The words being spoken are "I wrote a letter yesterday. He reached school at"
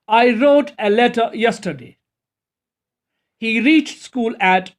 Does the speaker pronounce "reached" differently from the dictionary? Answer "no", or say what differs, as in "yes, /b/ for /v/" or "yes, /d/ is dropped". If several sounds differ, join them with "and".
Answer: no